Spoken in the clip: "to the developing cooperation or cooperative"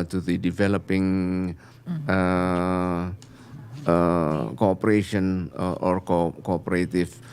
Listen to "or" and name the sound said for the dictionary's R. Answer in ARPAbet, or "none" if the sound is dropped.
R